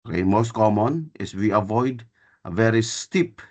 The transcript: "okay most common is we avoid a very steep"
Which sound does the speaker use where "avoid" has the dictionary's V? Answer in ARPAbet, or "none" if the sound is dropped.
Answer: V